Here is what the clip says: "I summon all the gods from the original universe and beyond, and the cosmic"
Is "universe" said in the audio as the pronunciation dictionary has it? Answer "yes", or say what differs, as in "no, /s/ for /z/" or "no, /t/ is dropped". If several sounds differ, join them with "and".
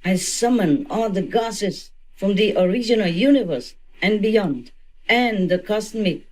yes